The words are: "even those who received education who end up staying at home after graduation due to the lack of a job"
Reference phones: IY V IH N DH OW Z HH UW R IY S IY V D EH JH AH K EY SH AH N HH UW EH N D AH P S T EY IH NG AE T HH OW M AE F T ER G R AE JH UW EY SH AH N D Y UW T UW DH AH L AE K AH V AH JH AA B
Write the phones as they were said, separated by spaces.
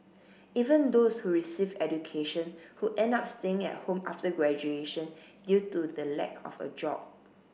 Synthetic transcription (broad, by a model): IY V IH N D OW S HH UW R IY S IY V EH JH AH K EY SH AH N HH UW EH N D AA P S T EY IH NG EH T HH OW M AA F T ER G R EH JH UW EY SH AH N D Y UW T UW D AH L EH K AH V AH JH AA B